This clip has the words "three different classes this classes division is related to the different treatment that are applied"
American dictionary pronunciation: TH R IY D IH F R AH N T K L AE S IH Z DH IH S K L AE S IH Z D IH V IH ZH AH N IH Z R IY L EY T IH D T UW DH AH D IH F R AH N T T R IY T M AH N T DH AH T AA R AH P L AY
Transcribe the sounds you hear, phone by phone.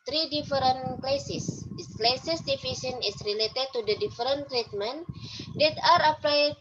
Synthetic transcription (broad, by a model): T R IY D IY F R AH N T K L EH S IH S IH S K L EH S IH S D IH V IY S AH N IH S R IY L EY T IH D T UW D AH D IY F R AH N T T R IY T M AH N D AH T AA R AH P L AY